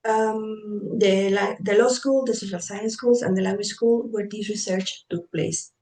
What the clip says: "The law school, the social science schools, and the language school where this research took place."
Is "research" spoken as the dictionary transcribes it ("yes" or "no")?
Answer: yes